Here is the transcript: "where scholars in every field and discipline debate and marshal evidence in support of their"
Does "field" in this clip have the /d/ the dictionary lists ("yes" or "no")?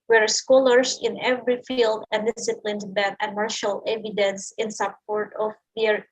yes